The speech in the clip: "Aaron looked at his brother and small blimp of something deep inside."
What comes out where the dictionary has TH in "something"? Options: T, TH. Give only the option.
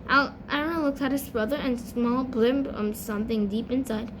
TH